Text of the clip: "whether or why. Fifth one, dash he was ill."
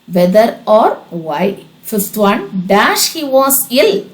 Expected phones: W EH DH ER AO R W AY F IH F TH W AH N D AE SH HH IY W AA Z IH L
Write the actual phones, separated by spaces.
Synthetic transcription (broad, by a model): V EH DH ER AO R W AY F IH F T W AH N D AE SH HH IY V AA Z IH L